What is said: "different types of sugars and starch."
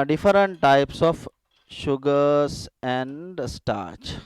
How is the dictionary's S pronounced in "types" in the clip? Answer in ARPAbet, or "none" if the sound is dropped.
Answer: S